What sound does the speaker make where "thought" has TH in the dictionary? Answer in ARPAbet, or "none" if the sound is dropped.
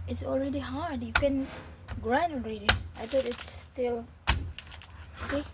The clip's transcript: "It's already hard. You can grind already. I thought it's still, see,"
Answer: T